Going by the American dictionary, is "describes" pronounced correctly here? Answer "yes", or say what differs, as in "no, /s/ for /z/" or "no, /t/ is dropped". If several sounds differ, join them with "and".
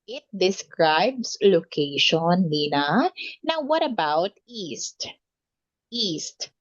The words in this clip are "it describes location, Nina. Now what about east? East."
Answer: no, /s/ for /z/